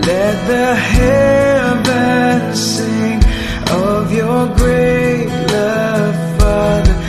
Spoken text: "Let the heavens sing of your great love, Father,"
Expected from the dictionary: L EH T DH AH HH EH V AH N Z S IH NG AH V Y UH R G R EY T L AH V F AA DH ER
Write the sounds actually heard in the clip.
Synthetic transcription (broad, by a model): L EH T DH AH HH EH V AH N S IH NG AH V Y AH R G R EY T L AH V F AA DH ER